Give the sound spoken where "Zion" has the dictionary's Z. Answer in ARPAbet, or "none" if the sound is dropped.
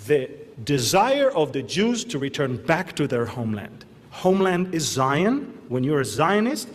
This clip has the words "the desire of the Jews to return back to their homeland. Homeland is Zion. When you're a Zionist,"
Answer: Z